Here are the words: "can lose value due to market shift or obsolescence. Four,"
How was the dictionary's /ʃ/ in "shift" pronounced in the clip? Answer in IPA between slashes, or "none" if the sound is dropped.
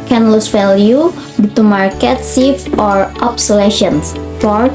/s/